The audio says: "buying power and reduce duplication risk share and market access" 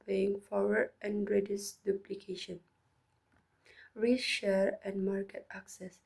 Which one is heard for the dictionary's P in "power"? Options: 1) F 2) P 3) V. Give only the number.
1